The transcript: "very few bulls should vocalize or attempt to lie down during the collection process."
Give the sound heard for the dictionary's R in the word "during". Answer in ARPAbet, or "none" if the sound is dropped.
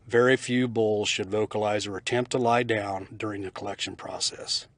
R